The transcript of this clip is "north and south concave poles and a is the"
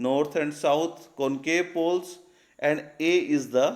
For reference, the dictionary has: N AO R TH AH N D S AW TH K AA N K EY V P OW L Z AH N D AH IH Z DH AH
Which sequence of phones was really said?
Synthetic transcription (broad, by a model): N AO R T AH N D S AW T K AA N K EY P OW L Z AH N D AH IH Z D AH